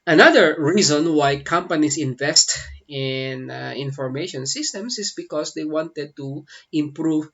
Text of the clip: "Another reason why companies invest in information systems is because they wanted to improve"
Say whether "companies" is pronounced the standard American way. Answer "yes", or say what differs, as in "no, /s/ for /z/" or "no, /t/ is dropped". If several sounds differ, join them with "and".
no, /s/ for /z/